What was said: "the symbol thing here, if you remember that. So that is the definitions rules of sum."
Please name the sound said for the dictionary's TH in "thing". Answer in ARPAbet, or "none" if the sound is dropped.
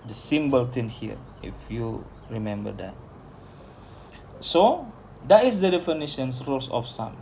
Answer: T